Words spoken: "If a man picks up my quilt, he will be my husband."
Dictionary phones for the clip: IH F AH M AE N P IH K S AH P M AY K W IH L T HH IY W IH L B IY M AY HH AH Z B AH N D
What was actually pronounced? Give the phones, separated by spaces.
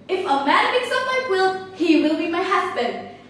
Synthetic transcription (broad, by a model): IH F AH M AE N B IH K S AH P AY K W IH L HH IY W IH L B IY M AY HH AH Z B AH N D